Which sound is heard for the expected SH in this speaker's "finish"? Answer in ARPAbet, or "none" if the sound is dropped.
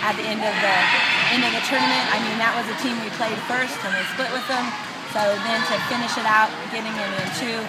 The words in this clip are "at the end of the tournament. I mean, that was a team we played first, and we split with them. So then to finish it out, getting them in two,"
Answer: SH